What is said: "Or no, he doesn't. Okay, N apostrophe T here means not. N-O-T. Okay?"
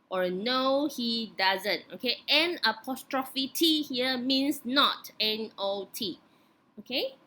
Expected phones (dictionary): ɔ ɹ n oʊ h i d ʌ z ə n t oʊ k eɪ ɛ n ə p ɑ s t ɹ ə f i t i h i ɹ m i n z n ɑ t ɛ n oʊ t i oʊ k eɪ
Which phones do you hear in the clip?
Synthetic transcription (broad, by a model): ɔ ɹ n oʊ h i d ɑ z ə n t oʊ k eɪ ɛ n ə p ɑ s t ɹ ə f i t i h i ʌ m i n s n ɑ t ɛ n oʊ t i oʊ k eɪ